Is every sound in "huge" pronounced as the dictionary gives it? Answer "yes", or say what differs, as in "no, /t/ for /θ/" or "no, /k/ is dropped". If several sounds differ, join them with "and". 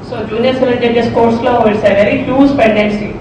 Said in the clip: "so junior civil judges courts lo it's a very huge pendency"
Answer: no, /z/ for /dʒ/